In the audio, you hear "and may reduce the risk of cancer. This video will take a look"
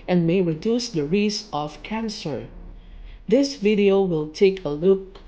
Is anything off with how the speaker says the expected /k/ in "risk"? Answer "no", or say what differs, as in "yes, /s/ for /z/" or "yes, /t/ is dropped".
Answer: yes, /k/ is dropped